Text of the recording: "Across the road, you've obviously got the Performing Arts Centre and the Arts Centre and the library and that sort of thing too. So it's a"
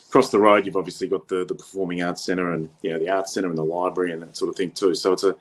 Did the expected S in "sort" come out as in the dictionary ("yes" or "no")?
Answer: yes